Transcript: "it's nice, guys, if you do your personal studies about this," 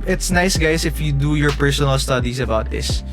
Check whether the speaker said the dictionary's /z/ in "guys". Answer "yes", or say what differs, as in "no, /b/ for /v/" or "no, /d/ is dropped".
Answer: no, /s/ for /z/